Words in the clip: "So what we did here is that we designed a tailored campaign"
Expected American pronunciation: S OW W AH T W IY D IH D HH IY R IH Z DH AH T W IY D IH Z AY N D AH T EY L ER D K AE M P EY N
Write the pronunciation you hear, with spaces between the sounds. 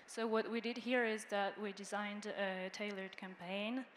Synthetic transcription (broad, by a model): S OW W AH T W IY D IH D HH IY R IH Z DH AH T W IY D IH Z AY N D AH T EY L ER D K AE M P EY N